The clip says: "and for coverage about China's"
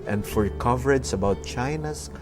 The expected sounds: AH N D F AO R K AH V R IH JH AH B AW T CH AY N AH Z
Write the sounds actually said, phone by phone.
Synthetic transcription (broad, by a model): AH N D F AO R K AH V R IH JH AH B AW T CH AY N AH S